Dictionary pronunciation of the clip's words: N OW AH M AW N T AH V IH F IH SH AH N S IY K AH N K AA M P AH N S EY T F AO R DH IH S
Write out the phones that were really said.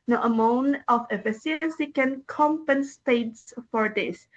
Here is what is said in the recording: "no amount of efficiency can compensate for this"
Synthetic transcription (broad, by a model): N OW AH M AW N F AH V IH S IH AH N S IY K AH N K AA M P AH N S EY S F AO R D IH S